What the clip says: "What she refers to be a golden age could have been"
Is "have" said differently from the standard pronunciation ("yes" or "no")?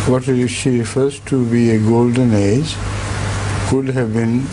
no